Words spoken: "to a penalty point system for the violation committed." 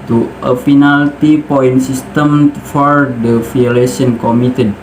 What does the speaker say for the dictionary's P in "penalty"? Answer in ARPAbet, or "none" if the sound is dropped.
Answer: F